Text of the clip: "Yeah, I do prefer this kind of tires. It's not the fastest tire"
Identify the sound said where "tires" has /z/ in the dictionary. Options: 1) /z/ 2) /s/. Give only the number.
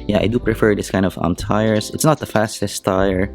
2